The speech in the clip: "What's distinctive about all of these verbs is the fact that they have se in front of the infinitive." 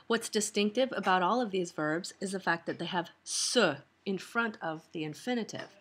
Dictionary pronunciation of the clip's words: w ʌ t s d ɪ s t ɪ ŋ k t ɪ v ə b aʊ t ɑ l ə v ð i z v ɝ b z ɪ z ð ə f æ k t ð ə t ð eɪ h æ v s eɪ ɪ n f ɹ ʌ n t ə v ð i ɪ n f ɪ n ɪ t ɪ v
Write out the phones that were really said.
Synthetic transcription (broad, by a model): w ʌ t s d ɪ s t ɪ ŋ k t ɪ v ə b aʊ t ɑ l ə v ð i z v ɝ b z ɪ z ð ə f æ k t ð ə t ð eɪ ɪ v s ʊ ɪ n f ɹ ʌ n t ə v ð i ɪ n f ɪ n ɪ t ɪ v